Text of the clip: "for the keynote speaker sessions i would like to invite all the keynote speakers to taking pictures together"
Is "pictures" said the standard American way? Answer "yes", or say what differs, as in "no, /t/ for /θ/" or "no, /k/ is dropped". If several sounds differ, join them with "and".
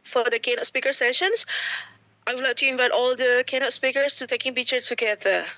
no, /z/ is dropped